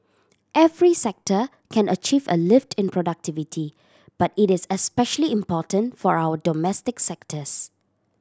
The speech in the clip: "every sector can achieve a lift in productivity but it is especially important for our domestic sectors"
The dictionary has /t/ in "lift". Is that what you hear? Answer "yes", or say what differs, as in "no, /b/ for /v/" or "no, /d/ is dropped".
yes